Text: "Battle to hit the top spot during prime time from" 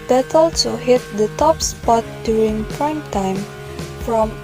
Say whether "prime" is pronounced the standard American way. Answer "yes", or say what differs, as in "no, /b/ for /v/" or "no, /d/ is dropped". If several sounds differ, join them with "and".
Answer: yes